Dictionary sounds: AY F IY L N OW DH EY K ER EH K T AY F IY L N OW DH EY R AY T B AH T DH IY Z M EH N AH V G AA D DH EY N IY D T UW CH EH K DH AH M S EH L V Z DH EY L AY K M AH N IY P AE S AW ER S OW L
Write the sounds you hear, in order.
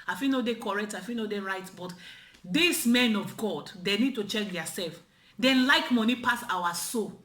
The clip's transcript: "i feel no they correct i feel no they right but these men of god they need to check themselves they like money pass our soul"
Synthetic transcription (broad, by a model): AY F IY L N OW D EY K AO EH K T AY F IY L N OW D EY R AY T B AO T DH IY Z M EH N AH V G AA D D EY N IY D T UW CH EH K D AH S EH L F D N L AY K M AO N IY P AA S AW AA S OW